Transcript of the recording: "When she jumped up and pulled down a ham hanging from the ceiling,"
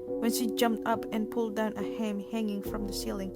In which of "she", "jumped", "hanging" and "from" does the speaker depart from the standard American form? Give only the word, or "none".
none